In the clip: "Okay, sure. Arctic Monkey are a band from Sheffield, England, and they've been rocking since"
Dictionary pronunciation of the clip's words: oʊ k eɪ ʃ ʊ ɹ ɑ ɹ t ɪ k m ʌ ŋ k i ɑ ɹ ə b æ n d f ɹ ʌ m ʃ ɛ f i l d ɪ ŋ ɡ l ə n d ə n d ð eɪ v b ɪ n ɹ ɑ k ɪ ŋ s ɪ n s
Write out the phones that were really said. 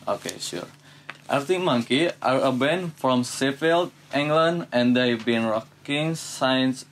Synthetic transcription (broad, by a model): oʊ k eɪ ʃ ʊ ɹ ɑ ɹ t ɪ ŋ m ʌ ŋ k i ɑ ɹ ə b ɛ n f ɹ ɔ m s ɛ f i l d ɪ ŋ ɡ l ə n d ə n d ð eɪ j b ɪ n ɹ ɑ k ɪ ŋ s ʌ n s